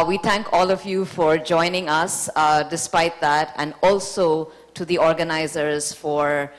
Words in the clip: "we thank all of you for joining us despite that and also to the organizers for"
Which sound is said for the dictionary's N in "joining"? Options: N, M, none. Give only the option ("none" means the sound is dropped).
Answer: N